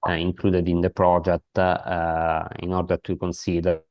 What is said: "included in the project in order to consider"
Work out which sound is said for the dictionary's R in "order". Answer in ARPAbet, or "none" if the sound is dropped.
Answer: R